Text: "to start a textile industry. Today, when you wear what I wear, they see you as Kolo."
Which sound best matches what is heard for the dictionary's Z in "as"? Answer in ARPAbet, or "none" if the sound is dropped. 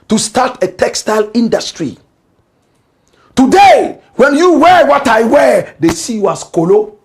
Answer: S